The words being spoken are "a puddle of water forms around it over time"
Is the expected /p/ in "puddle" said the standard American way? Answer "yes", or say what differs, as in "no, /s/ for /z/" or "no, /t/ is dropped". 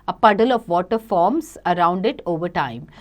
yes